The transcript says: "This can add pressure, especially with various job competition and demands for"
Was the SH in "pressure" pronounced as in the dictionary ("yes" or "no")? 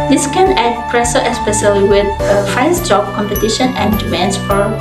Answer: no